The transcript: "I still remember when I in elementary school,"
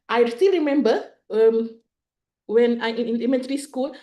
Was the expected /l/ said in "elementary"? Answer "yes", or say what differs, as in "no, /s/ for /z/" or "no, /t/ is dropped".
no, /n/ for /l/